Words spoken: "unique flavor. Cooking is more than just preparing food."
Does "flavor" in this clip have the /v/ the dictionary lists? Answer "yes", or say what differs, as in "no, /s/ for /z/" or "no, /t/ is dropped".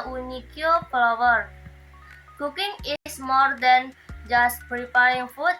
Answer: no, /w/ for /v/